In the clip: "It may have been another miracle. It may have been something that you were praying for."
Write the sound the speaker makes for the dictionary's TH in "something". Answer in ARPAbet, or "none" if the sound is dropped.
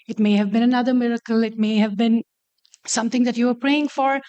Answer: T